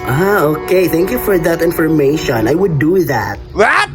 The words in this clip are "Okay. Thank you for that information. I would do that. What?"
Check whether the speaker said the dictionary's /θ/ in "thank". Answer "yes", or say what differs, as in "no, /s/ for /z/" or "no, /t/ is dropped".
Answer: yes